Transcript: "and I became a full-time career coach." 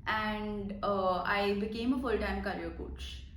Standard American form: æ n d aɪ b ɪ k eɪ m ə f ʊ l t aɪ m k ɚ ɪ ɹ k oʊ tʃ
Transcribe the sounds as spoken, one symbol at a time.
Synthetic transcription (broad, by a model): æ n d aɪ b ɪ k eɪ m ə f ʊ l t aɪ m k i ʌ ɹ k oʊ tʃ